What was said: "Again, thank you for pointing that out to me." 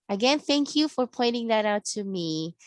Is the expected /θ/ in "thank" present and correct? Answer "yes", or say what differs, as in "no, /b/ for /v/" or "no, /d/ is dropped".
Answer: yes